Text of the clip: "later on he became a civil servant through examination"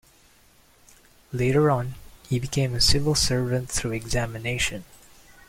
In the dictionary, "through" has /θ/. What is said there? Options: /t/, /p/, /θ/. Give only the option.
/θ/